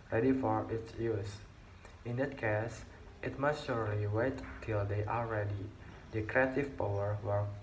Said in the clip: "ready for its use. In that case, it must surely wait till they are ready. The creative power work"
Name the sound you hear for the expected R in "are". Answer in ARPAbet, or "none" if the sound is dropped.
L